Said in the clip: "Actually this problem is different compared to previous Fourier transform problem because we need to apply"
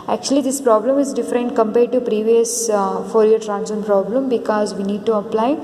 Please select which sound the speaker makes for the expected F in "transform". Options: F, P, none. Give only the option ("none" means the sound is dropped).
none